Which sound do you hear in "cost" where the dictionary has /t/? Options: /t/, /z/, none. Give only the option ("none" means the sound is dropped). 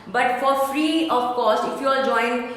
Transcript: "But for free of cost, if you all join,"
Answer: none